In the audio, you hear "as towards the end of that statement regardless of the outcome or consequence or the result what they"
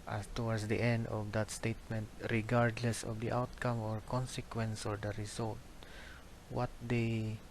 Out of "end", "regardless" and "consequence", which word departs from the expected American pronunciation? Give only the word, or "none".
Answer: none